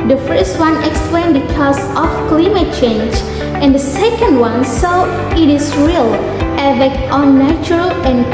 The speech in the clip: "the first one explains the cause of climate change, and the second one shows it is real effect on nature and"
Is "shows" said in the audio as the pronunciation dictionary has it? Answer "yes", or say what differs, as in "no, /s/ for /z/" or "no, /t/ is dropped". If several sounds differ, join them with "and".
no, /s/ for /ʃ/ and /z/ is dropped